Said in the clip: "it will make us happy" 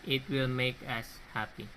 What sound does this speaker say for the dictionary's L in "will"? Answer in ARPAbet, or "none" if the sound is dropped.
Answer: L